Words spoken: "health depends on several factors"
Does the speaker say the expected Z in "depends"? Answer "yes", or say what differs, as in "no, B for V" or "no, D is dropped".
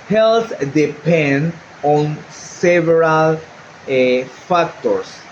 no, Z is dropped